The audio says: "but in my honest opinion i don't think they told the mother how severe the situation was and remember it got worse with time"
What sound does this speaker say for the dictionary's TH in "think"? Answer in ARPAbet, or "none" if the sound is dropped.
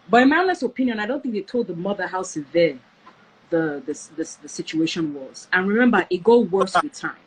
TH